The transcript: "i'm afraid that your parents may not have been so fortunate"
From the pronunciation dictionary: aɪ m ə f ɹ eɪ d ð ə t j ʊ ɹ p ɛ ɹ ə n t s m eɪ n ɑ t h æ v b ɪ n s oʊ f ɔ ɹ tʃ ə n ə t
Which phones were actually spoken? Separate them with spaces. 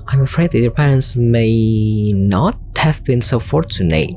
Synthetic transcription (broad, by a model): aɪ m ə f ɹ eɪ d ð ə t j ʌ ɹ p ɛ ɹ ə n t s m eɪ n ɑ t h æ v b ɪ n s oʊ f ɔ ɹ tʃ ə n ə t